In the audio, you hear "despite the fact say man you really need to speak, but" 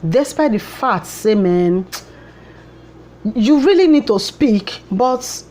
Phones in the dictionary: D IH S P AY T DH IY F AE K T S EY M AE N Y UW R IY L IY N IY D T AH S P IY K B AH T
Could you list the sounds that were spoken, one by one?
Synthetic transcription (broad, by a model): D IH S P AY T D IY F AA T S EY M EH N Y UW R IY L IY N IY D T AH S P IY K B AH T